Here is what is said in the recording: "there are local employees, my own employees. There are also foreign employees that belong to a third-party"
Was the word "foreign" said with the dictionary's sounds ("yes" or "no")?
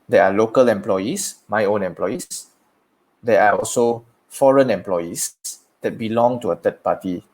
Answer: yes